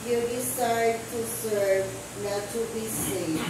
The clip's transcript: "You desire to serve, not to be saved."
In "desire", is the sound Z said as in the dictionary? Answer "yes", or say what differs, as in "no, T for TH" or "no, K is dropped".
no, S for Z